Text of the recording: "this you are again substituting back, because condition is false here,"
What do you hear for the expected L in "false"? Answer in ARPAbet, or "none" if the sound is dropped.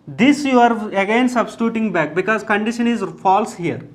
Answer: L